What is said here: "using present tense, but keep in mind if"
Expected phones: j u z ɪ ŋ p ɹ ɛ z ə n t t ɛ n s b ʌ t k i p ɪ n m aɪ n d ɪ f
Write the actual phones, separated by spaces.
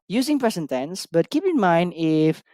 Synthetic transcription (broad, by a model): j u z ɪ ŋ p ɹ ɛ s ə n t t ɛ n s b ʌ t k i p ɪ n m aɪ n d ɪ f